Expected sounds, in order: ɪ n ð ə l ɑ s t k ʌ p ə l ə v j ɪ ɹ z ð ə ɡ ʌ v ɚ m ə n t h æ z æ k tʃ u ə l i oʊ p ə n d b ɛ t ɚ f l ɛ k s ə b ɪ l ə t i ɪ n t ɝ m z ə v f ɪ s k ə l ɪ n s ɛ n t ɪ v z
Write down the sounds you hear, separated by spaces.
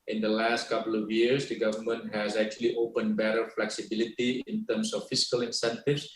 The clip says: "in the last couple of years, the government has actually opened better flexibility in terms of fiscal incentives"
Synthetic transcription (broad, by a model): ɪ n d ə l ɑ s t k ʌ p ə l ə v j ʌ ɹ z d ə ɡ ʌ v ɚ m ə n t h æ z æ k tʃ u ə l i oʊ p ə n d b ɛ t ɚ f l ɛ k s ə b ɪ l ə t i ɪ n t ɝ m s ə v f ɪ s k ə l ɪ n s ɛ n t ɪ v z